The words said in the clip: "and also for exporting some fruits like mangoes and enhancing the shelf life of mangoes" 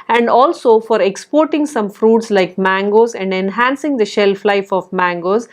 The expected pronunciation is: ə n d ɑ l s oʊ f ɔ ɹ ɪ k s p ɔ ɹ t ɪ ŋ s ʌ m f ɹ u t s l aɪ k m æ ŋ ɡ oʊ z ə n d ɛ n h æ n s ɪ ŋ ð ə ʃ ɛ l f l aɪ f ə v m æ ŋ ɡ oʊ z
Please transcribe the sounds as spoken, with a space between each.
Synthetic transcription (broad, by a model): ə n d ɑ l s oʊ f ɔ ɹ ɪ k s p ɔ ɹ t ɪ ŋ s ʌ m f ɹ u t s l aɪ k m æ ŋ ɡ oʊ z ə n d ɛ n h æ n s ɪ ŋ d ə ʃ ɛ l f l aɪ f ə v m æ ŋ ɡ oʊ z